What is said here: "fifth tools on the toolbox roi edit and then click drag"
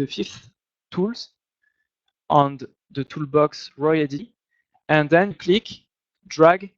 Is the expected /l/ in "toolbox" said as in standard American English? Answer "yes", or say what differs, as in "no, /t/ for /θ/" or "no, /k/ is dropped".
yes